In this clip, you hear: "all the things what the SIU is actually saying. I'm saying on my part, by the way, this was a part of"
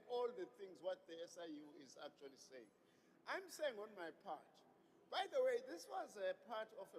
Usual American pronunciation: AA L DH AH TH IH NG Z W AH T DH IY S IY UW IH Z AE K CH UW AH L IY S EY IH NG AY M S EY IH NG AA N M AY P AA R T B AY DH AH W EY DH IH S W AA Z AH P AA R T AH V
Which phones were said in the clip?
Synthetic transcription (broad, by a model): AA L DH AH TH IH NG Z W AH T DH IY S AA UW IH Z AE K CH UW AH L IY S EY IH NG AY M S EY IH NG AA N M AY P AA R T B AY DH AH W EY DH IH S W AA Z AH P AA T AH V